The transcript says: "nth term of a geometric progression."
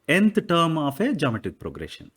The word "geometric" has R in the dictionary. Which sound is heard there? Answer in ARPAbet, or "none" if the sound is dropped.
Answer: none